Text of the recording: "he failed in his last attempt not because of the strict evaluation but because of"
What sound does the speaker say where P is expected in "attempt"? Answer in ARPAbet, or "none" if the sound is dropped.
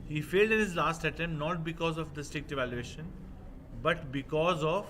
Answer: none